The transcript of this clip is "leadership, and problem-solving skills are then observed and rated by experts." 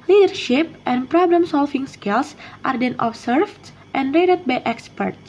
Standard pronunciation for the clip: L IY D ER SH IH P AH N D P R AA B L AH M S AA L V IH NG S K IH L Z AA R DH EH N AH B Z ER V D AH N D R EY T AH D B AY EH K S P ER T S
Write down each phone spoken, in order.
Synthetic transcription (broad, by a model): L IY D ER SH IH P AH N P R AA B L AH M S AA L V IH NG S K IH L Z AA R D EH N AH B S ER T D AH N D R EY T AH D B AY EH K S P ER T